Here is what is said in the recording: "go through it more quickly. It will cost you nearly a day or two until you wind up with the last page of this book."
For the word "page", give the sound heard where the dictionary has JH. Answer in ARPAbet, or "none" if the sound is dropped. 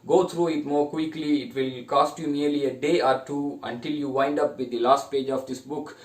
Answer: JH